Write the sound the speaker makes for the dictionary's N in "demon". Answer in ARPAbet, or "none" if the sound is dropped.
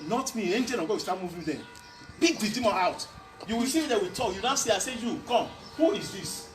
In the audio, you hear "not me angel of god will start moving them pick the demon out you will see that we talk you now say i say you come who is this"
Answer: none